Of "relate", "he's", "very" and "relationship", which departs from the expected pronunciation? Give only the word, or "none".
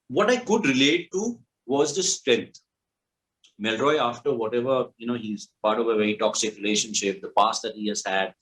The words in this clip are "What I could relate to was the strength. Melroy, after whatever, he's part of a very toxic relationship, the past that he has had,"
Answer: very